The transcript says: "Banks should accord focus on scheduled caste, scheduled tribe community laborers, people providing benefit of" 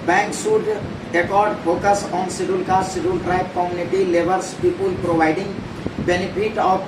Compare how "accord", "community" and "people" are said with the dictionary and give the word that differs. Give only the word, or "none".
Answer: none